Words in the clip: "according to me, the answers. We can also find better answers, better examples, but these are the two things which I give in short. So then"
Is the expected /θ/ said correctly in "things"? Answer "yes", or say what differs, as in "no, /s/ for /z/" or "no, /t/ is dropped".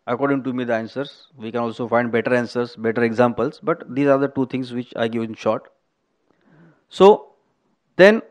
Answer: no, /t/ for /θ/